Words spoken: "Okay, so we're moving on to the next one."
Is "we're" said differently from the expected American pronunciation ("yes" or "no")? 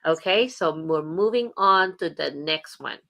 no